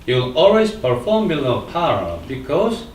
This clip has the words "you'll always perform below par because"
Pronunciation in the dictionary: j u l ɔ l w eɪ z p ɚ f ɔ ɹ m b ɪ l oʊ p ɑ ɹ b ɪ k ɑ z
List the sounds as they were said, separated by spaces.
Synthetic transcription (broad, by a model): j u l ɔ l w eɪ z p ɚ f ɔ ɹ m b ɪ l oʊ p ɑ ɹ b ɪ k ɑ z